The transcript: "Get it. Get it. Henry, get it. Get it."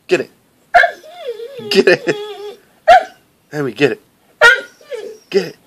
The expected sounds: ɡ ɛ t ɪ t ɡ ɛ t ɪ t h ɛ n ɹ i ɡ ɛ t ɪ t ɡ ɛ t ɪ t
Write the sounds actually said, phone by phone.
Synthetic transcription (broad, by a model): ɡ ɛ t ɪ t ɡ ɛ t ɪ t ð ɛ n w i ɡ ɛ t ɪ t ɡ ɛ t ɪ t